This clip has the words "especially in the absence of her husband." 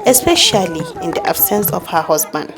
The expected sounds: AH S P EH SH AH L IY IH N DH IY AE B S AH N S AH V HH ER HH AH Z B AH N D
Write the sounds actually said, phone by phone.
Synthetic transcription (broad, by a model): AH S P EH SH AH L IY IH N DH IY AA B S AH N S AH F HH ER HH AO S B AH N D